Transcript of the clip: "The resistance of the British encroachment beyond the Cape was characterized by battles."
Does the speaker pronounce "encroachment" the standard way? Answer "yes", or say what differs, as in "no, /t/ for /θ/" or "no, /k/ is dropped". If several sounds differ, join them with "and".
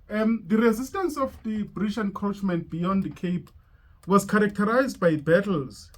no, /ɹ/ is dropped